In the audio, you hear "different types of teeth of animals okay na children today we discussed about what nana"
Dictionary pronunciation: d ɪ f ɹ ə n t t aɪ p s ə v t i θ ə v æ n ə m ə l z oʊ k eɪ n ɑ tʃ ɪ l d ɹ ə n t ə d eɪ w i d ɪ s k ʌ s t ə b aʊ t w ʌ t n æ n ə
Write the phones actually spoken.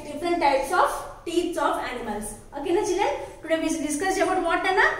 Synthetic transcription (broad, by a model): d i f ɹ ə n t t aɪ p s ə f t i s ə f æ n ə m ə l s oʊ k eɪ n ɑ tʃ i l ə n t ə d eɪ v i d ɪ s k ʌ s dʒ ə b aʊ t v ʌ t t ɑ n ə